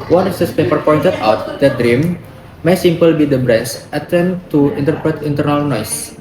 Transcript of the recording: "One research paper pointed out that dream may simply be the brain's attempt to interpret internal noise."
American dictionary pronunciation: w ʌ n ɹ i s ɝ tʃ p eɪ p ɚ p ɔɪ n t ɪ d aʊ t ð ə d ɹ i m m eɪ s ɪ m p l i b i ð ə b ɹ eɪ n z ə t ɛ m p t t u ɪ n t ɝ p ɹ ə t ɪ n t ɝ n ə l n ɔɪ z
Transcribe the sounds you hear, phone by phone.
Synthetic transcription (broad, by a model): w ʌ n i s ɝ s p eɪ p ɚ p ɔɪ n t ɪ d aʊ t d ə d ɹ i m m eɪ s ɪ m p l b i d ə b ɹ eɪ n s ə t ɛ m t t u ɪ n t ɝ p ɹ ə t ɪ n t ɝ n ə l n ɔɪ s